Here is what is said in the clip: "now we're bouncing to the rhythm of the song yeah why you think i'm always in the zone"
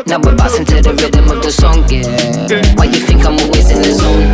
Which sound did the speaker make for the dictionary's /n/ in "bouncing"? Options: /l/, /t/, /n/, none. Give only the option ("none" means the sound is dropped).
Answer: none